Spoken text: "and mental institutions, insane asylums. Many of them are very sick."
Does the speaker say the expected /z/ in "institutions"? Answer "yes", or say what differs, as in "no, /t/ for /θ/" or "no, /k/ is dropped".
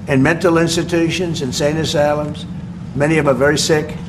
yes